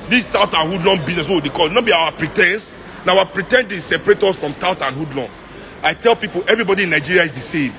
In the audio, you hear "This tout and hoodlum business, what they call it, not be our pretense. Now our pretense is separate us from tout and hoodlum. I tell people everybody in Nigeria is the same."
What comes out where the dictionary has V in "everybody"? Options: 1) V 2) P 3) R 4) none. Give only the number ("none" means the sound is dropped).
1